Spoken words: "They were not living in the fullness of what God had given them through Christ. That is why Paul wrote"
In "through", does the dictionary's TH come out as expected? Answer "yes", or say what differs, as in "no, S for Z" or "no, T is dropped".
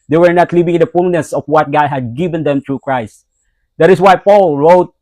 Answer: no, T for TH